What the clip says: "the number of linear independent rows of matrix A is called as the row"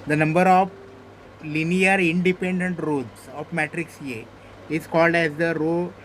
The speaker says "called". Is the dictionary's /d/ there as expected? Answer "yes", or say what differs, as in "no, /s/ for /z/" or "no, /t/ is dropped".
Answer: yes